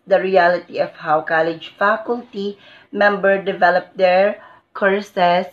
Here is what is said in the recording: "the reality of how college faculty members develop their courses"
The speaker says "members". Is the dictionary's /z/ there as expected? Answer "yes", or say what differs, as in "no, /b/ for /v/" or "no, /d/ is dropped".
no, /z/ is dropped